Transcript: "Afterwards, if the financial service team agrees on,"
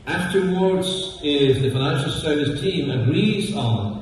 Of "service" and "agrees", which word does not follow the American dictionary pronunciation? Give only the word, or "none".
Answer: none